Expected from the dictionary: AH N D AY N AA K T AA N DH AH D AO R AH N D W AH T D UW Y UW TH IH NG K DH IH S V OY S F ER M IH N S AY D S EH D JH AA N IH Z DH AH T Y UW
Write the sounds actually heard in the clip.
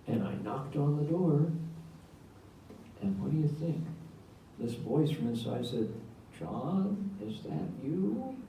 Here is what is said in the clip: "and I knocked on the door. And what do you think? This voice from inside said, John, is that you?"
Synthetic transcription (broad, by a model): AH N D AY N AA K T N DH AH D AO R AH N W AH T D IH Y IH TH IH NG K DH IH S V OY S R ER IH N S AY S EH D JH AA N IH Z DH AH T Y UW